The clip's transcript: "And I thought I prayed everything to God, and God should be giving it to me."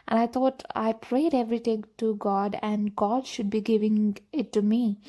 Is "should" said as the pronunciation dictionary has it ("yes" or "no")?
yes